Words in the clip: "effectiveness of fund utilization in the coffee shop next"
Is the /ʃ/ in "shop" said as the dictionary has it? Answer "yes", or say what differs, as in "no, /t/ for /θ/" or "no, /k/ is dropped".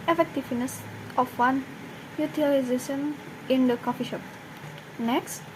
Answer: yes